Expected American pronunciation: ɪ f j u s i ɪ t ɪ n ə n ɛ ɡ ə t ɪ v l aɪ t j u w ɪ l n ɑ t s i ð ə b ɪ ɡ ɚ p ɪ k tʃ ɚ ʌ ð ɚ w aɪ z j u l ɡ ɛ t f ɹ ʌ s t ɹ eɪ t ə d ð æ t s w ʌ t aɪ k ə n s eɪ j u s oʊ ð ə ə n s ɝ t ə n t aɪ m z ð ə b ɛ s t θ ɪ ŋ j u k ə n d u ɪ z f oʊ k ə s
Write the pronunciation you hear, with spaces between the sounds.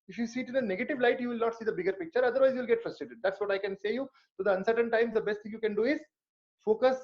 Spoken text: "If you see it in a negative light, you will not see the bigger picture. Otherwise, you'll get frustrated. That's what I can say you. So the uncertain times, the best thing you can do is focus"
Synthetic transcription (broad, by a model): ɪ f j u s i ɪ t ɪ n ə n ɛ ɡ ə t ɪ v l aɪ t j u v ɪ l n ɑ t s i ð ə b ɪ ɡ ɚ p ɪ k tʃ ɚ ʌ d ɚ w aɪ z j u l ɡ ɛ t f ɹ ʌ s t ɹ eɪ t ə d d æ t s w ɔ t aɪ k ə n s eɪ j u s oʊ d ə ə n s ɝ t ə n t aɪ m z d ə b ɛ s t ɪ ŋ j u k ə n d u ɪ z f oʊ k ə s